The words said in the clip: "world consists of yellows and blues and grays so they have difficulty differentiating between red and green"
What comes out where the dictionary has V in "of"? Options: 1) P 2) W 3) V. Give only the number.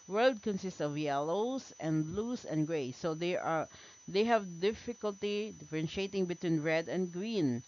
3